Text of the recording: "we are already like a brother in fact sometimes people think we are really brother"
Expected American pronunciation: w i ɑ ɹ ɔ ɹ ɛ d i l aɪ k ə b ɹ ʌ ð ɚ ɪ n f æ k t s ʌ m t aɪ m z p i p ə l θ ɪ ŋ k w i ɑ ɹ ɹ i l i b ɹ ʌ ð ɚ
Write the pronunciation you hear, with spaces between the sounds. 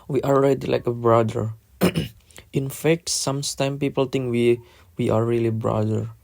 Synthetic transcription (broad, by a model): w i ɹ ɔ l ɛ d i l aɪ k ə b ɹ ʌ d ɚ ɪ n f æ k t s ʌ m t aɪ m p i p ə l t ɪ ŋ k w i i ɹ ɹ i l i b ɹ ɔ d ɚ